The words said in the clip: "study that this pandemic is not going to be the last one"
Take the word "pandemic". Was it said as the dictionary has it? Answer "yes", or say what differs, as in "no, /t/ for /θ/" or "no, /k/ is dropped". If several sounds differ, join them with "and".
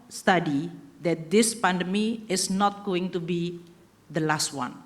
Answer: no, /k/ is dropped